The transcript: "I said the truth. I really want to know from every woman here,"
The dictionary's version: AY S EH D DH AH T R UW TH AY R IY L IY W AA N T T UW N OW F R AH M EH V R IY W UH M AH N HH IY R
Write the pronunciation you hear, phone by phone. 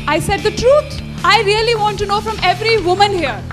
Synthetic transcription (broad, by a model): AY S EH D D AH T R UW T AY R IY L IY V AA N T T UW N OW F R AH M EH V R IY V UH M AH N HH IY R